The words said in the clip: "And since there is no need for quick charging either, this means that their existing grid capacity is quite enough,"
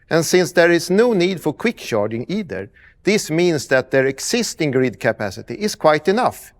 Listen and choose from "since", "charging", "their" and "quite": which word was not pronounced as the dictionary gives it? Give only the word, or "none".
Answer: charging